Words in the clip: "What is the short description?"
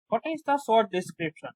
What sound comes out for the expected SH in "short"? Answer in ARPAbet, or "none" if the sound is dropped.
S